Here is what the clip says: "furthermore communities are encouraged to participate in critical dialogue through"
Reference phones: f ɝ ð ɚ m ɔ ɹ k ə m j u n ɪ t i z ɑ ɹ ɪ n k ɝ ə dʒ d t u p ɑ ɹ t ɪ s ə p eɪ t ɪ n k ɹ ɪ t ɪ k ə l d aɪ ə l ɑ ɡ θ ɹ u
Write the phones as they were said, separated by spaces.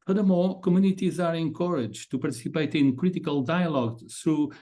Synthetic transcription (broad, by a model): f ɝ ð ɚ m ɔ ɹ k ə m j u n ɪ t i z ɑ ɹ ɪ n k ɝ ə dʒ t u p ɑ ɹ t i s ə p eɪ t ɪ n k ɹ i t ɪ k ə l d aɪ ə l ɑ ɡ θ ɹ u